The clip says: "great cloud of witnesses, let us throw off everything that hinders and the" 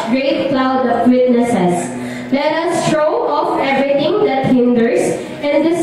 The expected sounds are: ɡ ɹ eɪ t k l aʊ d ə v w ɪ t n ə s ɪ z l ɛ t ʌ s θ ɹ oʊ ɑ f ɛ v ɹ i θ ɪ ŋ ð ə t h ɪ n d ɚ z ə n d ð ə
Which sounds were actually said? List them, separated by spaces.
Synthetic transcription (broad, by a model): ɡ ɹ eɪ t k l aʊ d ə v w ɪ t n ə s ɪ s l ɛ t ʌ s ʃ oʊ ɑ f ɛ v ɹ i t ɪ ŋ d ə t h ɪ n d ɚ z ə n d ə